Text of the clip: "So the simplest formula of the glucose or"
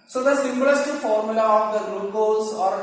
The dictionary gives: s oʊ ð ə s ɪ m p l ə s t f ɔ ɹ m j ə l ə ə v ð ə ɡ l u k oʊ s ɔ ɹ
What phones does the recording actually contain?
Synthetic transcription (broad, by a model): s oʊ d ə s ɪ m b l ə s t f ɔ ɹ m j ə l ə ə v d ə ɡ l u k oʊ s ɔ ɹ